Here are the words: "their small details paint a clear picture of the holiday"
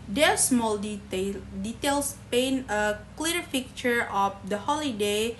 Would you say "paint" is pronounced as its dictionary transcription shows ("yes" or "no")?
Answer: no